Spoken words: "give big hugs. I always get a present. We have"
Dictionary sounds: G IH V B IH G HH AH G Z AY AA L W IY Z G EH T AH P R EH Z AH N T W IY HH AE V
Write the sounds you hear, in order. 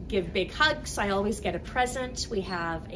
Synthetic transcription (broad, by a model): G IH V B IH G HH AH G S AY AA L W IY Z G EH T AH P R EH Z AH N T W IY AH V